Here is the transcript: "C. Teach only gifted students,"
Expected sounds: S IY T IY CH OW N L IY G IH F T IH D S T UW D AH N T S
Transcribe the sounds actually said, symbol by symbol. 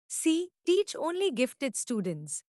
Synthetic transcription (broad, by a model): S IY T IY CH OW N L IY G IH F T IH D S T UW D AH N T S